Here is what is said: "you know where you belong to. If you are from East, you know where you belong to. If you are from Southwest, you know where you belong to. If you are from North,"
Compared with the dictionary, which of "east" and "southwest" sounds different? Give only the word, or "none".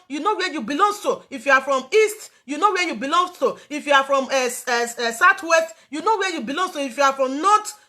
southwest